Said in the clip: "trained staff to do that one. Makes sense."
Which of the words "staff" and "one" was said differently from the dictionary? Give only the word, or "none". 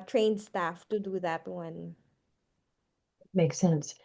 none